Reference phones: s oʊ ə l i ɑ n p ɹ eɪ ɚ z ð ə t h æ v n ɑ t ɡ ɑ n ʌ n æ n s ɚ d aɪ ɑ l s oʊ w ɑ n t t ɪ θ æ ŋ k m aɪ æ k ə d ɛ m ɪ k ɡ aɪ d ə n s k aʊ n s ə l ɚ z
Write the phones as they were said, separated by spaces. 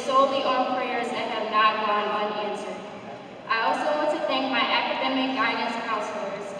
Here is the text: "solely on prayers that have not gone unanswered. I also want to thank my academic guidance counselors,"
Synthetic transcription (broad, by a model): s oʊ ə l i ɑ l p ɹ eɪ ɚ z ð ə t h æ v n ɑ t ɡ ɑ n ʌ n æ n s ɚ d aɪ ɑ l s oʊ w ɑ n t t ɪ θ æ ŋ k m aɪ æ k ə d ɛ m ɪ k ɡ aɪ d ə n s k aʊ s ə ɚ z